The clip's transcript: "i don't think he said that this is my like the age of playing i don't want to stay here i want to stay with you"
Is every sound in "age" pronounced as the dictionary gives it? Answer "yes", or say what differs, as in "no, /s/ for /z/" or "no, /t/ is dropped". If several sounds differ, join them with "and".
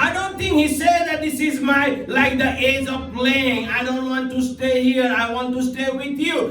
yes